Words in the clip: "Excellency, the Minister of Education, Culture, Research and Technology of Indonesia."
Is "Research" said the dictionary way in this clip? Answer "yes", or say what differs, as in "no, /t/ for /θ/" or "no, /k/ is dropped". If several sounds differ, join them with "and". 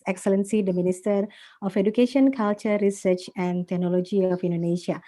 yes